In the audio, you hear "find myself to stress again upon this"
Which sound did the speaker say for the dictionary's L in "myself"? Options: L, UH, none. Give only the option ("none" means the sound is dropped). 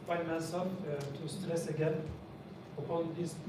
none